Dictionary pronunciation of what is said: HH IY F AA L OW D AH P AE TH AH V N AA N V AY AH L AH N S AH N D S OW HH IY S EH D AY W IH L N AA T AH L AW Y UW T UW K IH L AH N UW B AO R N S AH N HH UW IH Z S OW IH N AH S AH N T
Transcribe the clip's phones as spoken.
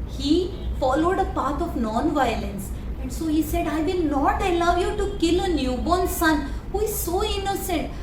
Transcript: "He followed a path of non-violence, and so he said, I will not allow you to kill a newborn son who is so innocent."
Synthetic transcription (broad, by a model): HH IY F AA L OW D AH P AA T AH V N AA N V AY AH L AH N S AH N D S OW HH IY S EH D AY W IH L N AA T AH L AW Y UW T UW K IH L AH N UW B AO N S AH N HH UW IH Z S OW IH N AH S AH N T